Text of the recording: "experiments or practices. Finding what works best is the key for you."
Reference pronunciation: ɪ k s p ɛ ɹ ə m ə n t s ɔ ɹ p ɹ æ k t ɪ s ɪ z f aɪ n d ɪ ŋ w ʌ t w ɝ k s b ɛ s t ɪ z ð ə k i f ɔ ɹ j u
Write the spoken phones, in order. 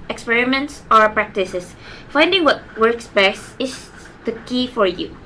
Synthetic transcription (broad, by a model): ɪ k s p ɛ ɹ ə m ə n t s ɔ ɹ p ɹ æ k t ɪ s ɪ s f aɪ n d ɪ ŋ w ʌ t w ɝ k s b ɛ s ɪ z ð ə k i f ɔ ɹ j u